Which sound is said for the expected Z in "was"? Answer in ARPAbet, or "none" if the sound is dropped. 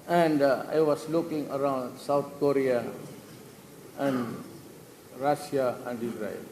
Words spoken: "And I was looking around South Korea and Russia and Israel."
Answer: S